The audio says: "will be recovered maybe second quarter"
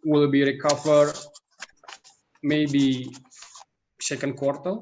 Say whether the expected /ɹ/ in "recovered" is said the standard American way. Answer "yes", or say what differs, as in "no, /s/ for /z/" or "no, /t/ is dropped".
yes